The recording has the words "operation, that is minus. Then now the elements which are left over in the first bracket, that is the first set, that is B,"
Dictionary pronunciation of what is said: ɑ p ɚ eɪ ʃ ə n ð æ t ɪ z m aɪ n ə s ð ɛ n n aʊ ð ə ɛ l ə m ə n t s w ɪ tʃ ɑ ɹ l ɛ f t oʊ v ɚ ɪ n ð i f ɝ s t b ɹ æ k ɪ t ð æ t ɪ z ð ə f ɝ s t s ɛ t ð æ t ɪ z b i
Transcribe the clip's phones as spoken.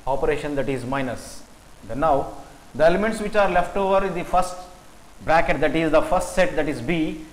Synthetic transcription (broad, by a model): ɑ p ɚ eɪ ʃ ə n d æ t ɪ z m aɪ n ə s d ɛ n n aʊ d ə ɛ l ə m ə n t s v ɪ tʃ ɑ ɹ l ɛ f t oʊ v ɚ ɪ n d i f ɝ s t b ɹ æ k ɪ t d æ t ɪ z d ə f ɝ s t s ɛ t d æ t ɪ z b i